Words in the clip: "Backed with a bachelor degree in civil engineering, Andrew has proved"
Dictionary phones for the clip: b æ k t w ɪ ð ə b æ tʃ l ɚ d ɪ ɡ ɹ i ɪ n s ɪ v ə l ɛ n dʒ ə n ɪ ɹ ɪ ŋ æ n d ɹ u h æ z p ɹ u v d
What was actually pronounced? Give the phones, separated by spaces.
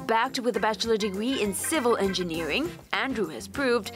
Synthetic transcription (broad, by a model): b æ k t w ɪ ð ə b æ tʃ l ɚ d ɪ ɡ ɹ i ɪ n s ɪ v ə l ɛ n dʒ ə n ɪ ɹ ɪ ŋ æ n d ɹ u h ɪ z p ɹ u v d